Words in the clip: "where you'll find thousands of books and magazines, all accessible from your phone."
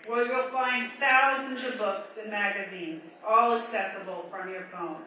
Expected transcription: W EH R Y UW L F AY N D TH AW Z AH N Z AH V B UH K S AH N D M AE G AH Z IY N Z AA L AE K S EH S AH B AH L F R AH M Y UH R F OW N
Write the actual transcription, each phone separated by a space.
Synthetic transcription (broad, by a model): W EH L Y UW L F AY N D TH AW Z AH N Z AH V B UH K S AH N M AE G AH Z IY N Z AA L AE K S EH S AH B L F R AH M Y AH R F OW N